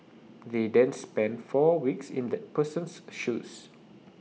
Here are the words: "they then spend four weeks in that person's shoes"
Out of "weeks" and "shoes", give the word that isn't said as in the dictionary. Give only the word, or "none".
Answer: shoes